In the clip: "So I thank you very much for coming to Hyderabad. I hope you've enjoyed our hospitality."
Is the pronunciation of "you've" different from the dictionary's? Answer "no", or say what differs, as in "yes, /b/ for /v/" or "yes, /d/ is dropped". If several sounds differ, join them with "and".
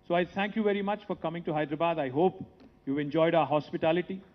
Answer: no